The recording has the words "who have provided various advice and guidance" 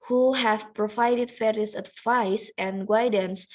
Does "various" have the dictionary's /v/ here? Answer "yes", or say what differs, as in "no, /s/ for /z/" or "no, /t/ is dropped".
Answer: no, /f/ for /v/